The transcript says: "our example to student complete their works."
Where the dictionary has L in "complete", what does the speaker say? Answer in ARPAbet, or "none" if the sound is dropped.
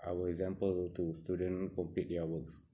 none